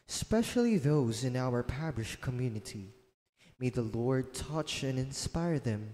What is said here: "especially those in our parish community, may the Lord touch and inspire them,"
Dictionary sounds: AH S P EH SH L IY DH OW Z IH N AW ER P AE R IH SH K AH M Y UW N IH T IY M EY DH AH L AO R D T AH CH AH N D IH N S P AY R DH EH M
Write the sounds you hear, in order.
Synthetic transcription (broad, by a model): S P EH SH L IY DH OW Z IH N AW ER P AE R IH SH K AH M Y UW N IH T IY M EY DH AH L AO R D T AH CH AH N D IH N S P AY R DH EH M